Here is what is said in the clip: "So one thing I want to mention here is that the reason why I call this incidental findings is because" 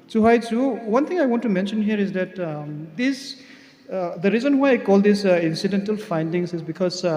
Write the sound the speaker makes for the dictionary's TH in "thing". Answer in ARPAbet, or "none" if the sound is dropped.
T